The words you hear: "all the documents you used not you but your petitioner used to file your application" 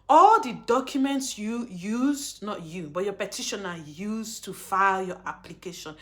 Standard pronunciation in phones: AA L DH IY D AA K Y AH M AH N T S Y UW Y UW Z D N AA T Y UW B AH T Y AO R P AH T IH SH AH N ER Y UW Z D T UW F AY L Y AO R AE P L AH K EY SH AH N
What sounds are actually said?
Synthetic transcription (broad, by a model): AA L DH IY D AA K Y AH M AH N T S Y UW Y UW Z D N AA T Y UW B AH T Y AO P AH T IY SH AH N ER Y UW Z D T UW F AY L Y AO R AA P L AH K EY SH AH N